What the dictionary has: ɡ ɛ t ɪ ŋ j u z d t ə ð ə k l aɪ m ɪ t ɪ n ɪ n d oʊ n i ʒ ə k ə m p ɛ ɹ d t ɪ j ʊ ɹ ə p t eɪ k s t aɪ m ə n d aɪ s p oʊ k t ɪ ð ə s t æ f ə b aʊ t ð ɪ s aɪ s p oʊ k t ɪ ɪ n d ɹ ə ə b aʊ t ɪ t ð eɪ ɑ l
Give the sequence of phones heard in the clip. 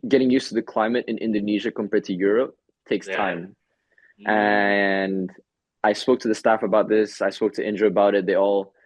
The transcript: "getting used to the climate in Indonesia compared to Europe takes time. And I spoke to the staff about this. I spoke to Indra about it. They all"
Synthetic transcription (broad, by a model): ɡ ɛ t ɪ ŋ j u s t ə ð ə k l aɪ m ɪ t ɪ n ɪ n d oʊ n i ʒ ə k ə m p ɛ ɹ t ɪ j ʊ ɹ ə p t eɪ k s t aɪ m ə n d aɪ s p oʊ k t ɪ ð ə s t æ f ə b aʊ t ð ɪ s aɪ s p oʊ k t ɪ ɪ n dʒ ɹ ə ə b aʊ t ɪ t ð eɪ ɑ l